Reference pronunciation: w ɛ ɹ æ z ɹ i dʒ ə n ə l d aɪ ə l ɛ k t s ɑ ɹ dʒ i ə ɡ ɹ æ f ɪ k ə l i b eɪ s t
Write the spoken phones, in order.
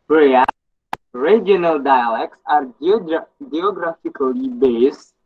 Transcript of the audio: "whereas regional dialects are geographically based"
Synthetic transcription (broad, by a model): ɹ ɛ ɹ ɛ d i ə n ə l d aɪ ə l ɛ k t s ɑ ɹ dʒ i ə ɡ ɹ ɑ f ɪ k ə l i b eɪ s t